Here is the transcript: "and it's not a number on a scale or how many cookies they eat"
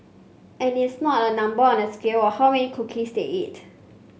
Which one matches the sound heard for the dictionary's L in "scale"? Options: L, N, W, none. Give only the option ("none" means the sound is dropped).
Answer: W